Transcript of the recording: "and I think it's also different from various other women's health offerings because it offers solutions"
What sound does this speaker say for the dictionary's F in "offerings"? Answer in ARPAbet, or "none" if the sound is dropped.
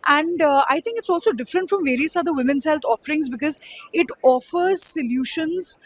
F